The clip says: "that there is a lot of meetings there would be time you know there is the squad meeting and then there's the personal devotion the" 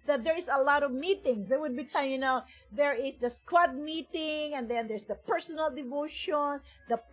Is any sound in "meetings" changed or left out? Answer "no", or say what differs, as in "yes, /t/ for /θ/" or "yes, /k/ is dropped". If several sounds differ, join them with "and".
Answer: yes, /s/ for /z/